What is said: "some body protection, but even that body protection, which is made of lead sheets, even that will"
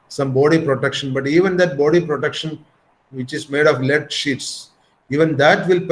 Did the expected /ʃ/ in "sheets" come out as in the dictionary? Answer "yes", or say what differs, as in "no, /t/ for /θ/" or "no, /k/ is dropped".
yes